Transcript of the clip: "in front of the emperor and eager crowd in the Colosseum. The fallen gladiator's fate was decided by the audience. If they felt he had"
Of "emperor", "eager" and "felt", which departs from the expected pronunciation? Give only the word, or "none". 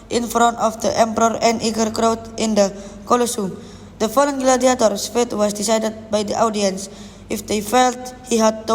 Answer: none